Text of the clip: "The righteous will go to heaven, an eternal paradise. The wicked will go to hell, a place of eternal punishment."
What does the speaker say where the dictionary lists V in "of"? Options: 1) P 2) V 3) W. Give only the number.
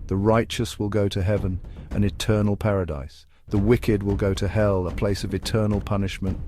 2